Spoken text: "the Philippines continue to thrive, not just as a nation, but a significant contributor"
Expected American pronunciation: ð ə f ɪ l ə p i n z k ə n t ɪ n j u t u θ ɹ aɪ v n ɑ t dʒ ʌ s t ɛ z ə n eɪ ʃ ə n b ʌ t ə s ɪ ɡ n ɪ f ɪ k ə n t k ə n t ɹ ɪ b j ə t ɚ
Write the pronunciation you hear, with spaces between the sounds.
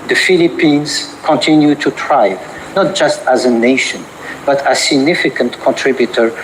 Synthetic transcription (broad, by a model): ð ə f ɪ l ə p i n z k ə n t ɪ n j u t u t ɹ aɪ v n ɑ t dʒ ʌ s t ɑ z ə n eɪ ʃ ə n b ʌ t ə s ɪ ɡ n ɪ f ɪ k ə n t k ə n t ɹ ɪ b j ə t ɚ